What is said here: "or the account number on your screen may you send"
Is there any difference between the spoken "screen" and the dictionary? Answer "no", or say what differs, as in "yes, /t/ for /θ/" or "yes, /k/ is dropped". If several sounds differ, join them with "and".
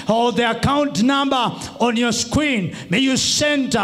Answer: yes, /w/ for /ɹ/